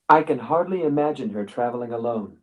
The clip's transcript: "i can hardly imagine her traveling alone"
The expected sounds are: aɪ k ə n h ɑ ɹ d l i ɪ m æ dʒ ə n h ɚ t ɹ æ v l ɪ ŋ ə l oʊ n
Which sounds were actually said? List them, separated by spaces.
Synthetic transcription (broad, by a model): aɪ k ə n h ɑ ɹ d l i ɪ m æ dʒ ə n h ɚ t ɹ æ v l ɪ ŋ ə l oʊ n